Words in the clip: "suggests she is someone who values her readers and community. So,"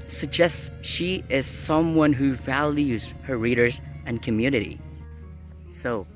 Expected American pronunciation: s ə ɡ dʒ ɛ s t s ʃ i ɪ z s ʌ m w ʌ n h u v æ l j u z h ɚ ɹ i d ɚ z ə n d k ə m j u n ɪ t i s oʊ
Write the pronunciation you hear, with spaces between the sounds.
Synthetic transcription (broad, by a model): s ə ɡ dʒ ɛ s t s ʃ i ɪ z s ʌ m w ʌ n h u v æ l j u z h ɚ ɹ i d ɚ z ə n k ə m j u n ɪ t i s oʊ